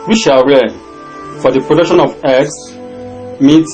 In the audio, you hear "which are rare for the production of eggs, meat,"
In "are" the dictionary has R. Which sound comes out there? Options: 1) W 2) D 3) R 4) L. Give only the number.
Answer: 4